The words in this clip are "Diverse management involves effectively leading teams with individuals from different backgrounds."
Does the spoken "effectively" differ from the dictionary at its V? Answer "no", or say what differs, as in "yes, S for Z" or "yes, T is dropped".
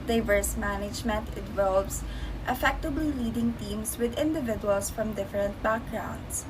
yes, B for V